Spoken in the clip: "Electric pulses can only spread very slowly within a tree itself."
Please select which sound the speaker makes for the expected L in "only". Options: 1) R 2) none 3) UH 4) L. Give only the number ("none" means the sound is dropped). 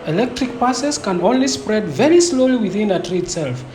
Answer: 4